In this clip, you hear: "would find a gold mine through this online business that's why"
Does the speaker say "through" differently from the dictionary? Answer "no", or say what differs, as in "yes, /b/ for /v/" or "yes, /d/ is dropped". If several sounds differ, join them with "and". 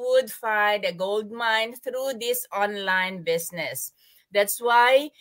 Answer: yes, /t/ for /θ/